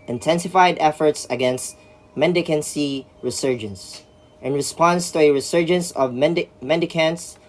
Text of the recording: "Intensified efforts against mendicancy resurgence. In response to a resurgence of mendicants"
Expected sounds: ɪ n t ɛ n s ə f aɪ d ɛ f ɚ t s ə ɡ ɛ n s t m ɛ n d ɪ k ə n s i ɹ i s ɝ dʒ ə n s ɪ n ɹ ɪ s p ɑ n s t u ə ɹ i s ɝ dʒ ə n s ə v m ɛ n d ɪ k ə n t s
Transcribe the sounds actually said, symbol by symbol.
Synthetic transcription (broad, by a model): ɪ n t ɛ n s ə f aɪ d ɛ f ɚ t s ə ɡ ɛ n s t m ɛ n d ɪ k ə n s i ɹ i s ɝ dʒ ə n s ɪ n ɹ ɪ s p ɑ n s t u ə ɹ i s ɝ dʒ ə n s ə v m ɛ n d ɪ k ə n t s